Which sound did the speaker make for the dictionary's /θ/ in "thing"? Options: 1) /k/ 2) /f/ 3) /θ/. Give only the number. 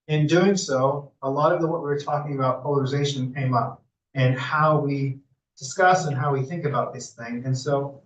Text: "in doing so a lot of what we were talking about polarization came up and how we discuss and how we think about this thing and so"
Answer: 3